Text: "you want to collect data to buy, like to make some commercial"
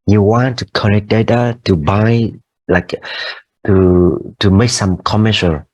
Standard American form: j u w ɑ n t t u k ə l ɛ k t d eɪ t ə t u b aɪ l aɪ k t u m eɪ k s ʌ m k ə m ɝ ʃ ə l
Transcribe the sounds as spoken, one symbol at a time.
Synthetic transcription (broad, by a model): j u w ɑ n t t u k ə n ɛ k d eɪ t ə t u b aɪ l aɪ k t u m eɪ k s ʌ m k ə m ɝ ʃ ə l